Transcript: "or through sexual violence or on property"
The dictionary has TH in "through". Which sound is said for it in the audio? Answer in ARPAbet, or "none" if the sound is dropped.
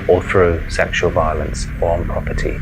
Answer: TH